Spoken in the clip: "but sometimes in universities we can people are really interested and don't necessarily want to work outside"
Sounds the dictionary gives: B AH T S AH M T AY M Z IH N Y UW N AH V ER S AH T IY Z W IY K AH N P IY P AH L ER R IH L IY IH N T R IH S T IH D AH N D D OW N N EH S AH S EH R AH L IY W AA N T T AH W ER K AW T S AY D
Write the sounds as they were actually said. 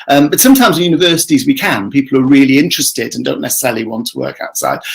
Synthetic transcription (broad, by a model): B AH T S AH M T AY M Z IH N Y UW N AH V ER S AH T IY Z W IY K AH N P IY P L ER R IH L IY IH N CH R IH S T IH D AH N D D OW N N EH S AH S EH R AH L IY W AA N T T AH W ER K AW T S AY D